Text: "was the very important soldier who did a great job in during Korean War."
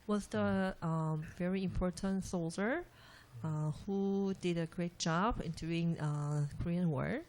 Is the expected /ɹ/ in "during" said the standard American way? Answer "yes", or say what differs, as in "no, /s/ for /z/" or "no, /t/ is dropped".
no, /ɹ/ is dropped